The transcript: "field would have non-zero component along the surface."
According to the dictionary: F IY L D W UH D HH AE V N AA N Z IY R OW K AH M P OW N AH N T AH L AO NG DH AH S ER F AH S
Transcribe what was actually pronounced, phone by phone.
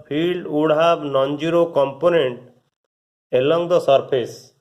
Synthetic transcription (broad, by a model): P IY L D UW D HH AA B N AA N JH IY R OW K AH M P OW N AH N T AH L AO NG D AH S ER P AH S